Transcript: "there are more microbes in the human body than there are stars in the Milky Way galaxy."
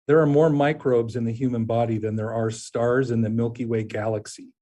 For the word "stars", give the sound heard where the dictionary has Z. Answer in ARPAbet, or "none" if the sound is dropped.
Z